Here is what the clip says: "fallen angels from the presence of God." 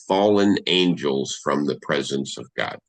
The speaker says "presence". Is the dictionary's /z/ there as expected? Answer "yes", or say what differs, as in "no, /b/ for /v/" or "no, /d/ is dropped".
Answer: yes